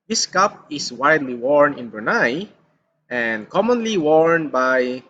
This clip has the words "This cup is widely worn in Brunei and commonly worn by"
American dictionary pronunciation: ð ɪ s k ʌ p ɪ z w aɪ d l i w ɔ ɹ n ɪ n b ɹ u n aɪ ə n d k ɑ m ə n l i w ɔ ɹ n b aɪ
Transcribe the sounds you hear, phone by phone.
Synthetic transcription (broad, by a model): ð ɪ s k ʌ p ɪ s w aɪ d l i w ɔ ɹ n ɪ n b u n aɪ ə n d k ɑ m ə n l i w ɔ ɹ n b aɪ